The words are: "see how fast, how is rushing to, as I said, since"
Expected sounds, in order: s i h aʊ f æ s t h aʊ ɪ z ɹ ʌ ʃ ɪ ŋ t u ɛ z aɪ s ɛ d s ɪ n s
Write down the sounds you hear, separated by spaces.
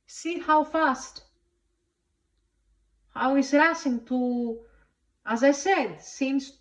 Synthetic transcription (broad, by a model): s i h aʊ f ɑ s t h aʊ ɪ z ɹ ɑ s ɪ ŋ t u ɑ z aɪ s ɛ d s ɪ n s